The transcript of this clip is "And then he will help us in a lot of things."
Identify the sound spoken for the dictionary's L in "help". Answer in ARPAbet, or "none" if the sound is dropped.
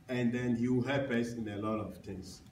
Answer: none